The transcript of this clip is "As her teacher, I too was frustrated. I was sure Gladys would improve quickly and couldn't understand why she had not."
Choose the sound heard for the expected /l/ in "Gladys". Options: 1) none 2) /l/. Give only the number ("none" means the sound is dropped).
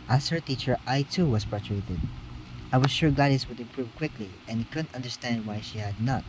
1